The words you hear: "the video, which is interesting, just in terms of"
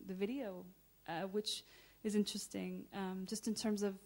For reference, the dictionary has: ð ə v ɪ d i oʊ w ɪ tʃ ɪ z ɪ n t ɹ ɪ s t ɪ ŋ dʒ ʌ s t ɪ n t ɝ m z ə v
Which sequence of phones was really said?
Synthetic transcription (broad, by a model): ð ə v ɪ d i oʊ w ɪ tʃ ɪ z ɪ n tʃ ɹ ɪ s t ɪ ŋ dʒ ʌ s t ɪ n t ɝ m z ə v